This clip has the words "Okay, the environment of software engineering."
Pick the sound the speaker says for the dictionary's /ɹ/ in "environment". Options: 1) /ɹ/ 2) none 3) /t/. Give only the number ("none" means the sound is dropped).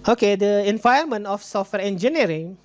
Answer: 2